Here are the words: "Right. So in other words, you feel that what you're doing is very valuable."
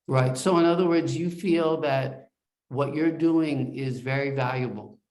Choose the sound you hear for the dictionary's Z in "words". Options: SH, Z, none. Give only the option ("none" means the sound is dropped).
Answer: Z